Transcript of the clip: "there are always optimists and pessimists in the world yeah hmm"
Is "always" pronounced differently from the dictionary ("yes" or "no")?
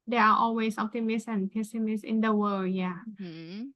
yes